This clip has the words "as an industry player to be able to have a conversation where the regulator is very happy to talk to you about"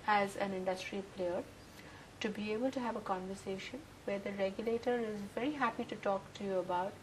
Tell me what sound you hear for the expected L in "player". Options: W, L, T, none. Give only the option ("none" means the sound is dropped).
L